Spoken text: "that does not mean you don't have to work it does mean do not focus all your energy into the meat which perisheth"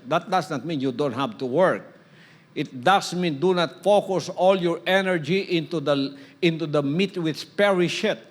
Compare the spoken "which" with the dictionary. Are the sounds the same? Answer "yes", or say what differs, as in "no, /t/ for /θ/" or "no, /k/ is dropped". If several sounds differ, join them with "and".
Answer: no, /s/ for /tʃ/